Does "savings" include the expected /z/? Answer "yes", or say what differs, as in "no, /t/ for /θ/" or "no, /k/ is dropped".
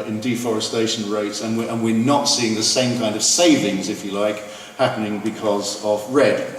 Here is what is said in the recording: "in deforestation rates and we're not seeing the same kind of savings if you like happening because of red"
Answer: yes